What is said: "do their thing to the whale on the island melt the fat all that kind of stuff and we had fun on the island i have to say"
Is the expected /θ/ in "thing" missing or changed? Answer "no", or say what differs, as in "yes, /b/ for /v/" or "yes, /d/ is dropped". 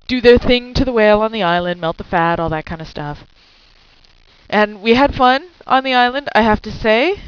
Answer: no